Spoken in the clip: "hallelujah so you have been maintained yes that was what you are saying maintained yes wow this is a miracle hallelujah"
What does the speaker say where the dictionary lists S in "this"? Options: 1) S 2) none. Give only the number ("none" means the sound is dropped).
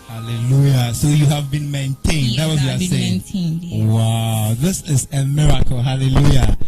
1